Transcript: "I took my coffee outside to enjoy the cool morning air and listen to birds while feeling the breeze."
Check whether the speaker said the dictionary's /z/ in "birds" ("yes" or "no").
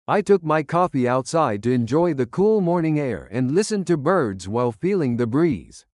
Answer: yes